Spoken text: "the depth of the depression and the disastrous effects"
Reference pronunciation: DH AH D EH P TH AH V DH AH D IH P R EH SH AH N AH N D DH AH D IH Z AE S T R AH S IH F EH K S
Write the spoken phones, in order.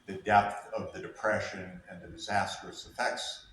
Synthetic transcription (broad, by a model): DH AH D EH P TH AH V DH AH D IH P R EH SH AH N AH N DH AH D IH Z AE S T R AH S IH F EH K S